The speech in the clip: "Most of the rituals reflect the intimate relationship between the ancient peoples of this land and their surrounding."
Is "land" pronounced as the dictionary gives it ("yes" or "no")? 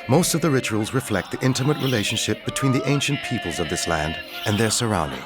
yes